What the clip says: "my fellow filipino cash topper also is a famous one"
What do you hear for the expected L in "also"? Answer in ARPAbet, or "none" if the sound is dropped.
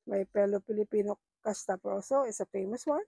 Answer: W